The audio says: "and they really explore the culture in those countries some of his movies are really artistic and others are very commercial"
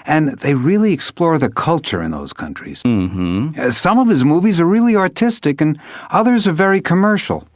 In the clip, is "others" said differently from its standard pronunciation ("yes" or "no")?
no